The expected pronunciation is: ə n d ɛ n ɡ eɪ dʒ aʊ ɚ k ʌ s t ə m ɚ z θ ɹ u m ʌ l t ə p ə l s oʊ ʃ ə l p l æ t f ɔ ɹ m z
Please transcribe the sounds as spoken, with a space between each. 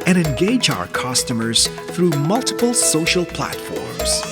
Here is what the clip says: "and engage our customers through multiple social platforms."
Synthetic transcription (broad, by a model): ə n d ɛ n ɡ eɪ dʒ aʊ ɚ k ʌ s t ə m ɚ z θ ɹ u m ʌ l t ə p ə l s oʊ ʃ ə l p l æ t f ɔ ɹ m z